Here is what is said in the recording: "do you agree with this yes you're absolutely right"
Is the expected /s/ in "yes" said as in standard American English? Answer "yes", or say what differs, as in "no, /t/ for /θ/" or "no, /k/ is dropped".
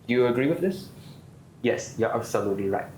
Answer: yes